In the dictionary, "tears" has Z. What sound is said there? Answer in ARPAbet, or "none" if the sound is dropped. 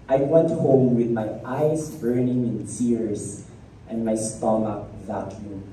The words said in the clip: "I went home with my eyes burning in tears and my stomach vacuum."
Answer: S